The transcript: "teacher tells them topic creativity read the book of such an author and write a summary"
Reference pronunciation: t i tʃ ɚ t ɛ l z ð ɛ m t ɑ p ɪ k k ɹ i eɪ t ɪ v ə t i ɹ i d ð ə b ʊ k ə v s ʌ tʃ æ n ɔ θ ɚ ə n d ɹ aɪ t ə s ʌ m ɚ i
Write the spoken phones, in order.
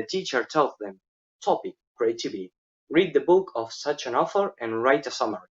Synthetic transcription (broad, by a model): t i tʃ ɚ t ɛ l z ð ɛ m t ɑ p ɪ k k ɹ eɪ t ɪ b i ɹ i d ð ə b ʊ k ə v s ʌ tʃ æ n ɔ f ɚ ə n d ɹ aɪ t ə s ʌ m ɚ